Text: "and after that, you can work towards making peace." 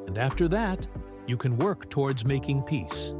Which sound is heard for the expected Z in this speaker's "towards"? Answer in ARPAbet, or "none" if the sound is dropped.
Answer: Z